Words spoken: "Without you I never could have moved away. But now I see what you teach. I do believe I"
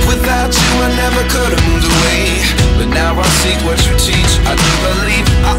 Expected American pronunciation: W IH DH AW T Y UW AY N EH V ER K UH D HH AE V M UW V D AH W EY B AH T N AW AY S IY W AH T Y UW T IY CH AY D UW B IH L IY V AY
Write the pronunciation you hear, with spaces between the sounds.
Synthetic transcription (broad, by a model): W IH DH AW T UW AY N EH V ER K UH D M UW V AH W EY B AH T N AW AY S IY W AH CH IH T IY CH AY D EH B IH L IY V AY